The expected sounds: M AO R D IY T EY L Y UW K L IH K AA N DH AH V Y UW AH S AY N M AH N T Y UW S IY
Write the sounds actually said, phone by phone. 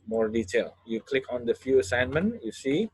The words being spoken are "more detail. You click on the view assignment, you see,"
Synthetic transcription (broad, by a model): M AO R D IY T EY L Y UW K L IH K AA N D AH F Y UW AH S AY N M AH N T Y UW S IY